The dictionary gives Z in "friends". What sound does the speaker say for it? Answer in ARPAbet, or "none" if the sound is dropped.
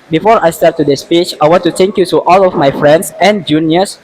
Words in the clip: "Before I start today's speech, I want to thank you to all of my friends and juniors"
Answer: S